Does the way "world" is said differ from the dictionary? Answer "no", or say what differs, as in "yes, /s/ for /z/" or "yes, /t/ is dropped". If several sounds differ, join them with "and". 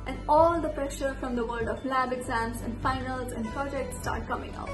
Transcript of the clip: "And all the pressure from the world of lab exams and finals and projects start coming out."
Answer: yes, /l/ is dropped